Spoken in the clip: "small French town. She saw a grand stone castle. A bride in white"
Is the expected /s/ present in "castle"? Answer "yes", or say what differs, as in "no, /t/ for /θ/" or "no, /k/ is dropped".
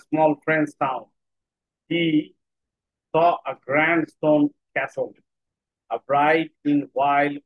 yes